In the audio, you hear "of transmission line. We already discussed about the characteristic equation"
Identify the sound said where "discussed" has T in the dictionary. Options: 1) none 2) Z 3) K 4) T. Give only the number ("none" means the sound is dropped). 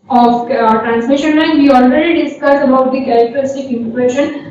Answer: 1